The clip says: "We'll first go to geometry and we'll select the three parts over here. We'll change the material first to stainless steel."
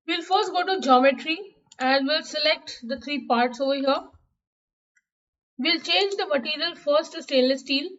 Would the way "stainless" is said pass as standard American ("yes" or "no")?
no